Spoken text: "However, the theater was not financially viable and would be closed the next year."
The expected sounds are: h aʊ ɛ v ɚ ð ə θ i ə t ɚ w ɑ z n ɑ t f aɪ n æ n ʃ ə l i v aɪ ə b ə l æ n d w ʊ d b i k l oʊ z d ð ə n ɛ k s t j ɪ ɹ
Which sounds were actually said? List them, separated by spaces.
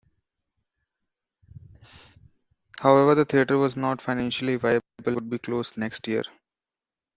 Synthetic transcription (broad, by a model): h aʊ ɛ v ɚ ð ə t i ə t ɚ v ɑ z n ɑ t f aɪ n æ n ʃ ə l i v aɪ ə b ə l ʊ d b i k l oʊ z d n ɛ k s t j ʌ ɹ